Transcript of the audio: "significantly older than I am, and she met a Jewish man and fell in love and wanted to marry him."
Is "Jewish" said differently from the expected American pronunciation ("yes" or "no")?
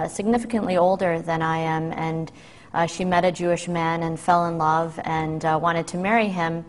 no